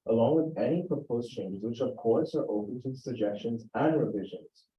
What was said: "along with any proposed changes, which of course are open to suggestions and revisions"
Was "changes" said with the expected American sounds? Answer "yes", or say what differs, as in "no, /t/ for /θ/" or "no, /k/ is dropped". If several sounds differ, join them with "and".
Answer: yes